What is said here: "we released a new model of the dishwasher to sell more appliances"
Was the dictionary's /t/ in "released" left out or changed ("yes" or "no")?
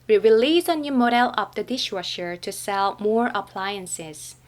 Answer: yes